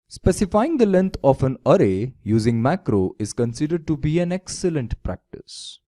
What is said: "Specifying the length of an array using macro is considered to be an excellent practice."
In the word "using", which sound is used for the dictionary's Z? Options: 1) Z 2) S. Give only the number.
1